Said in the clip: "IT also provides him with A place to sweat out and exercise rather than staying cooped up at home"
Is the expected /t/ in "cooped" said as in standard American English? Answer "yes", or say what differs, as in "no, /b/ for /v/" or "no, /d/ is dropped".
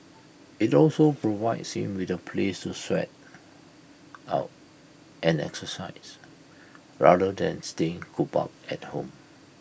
no, /t/ is dropped